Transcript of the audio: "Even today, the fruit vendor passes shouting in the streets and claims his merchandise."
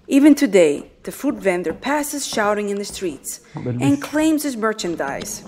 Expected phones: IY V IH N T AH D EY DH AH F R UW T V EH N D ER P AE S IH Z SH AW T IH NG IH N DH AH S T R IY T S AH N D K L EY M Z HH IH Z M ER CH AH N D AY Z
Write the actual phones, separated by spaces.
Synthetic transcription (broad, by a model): IY V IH N T AH D EY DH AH F UW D V EH N D ER P AE S IH Z SH AW T IH NG IH N DH AH S T R IY T S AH N K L EY M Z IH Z M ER CH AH N D AY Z